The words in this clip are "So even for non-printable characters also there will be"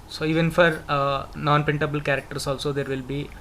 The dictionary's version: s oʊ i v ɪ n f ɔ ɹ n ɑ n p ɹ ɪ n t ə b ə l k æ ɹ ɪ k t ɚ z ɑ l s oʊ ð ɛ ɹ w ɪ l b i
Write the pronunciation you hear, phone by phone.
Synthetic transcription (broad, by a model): s oʊ i v ɪ n f ɔ ɹ n ɑ n p ɪ n t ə b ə l k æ ɹ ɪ k t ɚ s ɑ l s oʊ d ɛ ɹ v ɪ l b i